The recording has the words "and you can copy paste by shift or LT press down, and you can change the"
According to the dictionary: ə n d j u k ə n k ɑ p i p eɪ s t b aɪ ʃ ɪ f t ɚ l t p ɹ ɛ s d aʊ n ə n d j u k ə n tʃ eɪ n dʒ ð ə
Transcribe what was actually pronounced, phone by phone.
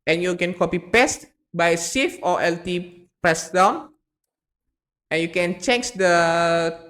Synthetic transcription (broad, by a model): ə n j u k ə n k ɑ p i p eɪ s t b aɪ s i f t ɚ l t p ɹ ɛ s d aʊ n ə n j u k ə n tʃ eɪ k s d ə